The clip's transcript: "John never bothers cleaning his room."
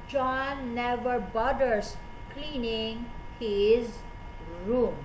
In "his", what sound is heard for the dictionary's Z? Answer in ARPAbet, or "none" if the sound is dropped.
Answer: Z